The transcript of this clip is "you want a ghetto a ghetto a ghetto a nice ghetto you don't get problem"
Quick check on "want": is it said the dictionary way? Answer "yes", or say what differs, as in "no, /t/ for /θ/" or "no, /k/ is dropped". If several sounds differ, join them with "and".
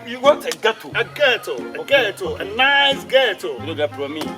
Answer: no, /n/ is dropped